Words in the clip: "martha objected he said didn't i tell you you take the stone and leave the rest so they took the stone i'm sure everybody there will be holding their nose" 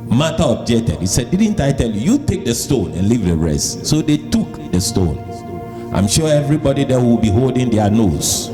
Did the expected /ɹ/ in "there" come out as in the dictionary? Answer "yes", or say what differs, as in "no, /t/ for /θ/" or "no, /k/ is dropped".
no, /w/ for /ɹ/